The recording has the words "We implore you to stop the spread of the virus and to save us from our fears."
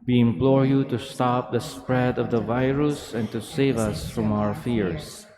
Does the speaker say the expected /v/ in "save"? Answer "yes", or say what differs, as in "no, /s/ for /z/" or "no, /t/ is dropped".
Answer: yes